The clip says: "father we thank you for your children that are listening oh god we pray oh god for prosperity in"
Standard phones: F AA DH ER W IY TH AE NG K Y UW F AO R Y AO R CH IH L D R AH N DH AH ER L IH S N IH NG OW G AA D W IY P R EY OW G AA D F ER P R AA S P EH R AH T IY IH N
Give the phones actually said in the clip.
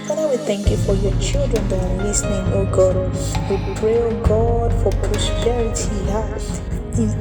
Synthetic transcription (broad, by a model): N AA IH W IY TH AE NG K Y UW F AO R Y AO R CH IH L D R AH N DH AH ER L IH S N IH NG OW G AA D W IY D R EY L G AA D F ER P R AA S P EH R AH T IY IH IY